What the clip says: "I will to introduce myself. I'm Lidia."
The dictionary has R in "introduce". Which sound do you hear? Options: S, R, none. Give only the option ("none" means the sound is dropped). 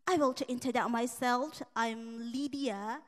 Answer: none